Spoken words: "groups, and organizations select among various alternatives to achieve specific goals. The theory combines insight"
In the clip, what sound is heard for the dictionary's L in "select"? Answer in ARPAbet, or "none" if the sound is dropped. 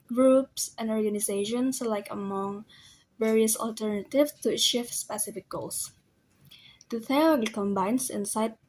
none